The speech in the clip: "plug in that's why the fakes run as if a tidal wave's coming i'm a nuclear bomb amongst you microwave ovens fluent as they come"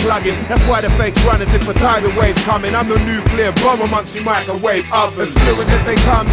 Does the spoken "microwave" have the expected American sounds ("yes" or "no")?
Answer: no